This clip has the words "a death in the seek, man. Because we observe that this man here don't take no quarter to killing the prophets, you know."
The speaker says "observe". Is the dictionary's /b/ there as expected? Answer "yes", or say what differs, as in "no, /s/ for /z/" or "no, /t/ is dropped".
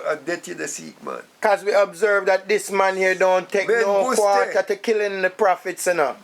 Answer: yes